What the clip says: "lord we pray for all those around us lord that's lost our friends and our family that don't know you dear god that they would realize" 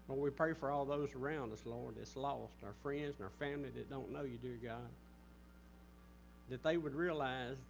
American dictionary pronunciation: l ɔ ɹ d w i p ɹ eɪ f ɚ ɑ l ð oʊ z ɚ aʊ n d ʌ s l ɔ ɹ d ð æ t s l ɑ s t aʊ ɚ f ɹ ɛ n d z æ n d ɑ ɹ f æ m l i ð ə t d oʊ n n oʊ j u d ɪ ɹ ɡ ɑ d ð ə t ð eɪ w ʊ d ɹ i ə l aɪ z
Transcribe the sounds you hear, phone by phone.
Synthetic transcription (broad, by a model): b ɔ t w i p ɹ eɪ f ɚ ɑ l ð oʊ z ɚ aʊ n d ʌ s l ɔ ɹ d ð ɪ t s l ɑ s t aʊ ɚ f ɹ ɛ n d z n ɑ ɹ f æ m l i ð ə t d oʊ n n oʊ j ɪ d ɪ ɹ ɡ ɑ d ð ə t ð eɪ w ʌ d ɹ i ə l aɪ z